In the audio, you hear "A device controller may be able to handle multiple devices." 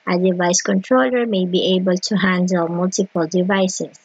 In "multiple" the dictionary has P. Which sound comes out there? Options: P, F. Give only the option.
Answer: P